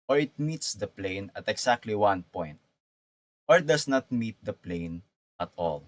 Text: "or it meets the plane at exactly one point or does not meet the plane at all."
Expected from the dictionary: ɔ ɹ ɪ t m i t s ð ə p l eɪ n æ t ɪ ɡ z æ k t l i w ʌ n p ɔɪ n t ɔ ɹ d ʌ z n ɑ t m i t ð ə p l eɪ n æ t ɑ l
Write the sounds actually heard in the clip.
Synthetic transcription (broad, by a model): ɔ ɹ ɪ t m i t s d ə p l eɪ n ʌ t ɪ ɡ s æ k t l i w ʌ n p ɔɪ n t ɔ ɹ d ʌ s n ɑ t m i t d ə p l eɪ n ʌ t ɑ l